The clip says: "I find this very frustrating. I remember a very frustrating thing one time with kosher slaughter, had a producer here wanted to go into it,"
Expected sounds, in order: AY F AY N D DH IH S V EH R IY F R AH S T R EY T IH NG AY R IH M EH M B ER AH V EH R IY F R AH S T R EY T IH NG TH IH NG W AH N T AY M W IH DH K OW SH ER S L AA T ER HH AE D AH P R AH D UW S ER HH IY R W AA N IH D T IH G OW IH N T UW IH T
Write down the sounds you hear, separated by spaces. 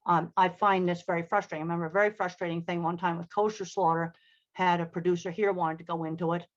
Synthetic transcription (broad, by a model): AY F AY N DH IH S V EH R IY F R AH S T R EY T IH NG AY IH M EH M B ER AH V EH R IY F R AH S T R EY T IH NG TH IH NG W AH N T AY M W IH DH K OW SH ER S L AA T ER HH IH D AH P R AH D UW S ER HH IY R W AA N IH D T IH G OW IH N T UW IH T